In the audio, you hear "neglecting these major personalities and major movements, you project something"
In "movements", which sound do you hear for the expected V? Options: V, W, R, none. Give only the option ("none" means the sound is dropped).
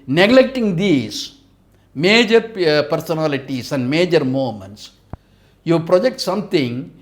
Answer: none